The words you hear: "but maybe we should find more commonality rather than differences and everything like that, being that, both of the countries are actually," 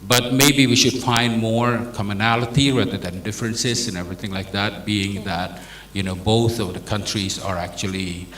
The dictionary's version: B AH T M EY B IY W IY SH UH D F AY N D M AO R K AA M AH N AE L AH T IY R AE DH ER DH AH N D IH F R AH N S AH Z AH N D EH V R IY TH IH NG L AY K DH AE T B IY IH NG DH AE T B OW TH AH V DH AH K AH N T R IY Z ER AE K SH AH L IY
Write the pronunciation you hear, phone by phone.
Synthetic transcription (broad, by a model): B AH T M EY B IY W IY SH UH D F AY N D M AO R K AA M AH N AE L AH T IY R AE DH ER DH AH N D IH F R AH N S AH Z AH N EH V R IY TH IH NG L AY K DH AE T B IY IH NG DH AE T B OW TH AH V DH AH K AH N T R IY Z ER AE K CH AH L IY